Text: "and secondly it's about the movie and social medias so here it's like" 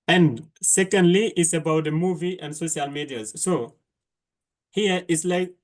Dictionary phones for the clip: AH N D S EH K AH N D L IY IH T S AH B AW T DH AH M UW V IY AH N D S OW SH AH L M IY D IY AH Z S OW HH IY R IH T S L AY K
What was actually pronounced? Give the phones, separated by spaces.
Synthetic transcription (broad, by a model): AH N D S EH K AH N D L IY IH T S AH B AW T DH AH M UW V IY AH N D S OW SH AH L M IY D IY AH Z S OW HH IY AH IH T S L AY K